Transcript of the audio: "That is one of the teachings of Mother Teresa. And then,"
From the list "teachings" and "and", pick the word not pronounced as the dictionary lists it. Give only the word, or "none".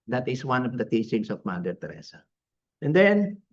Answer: teachings